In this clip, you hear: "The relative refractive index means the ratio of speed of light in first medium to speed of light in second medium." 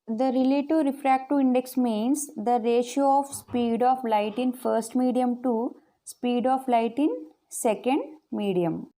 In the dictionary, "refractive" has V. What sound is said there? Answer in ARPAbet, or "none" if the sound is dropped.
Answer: none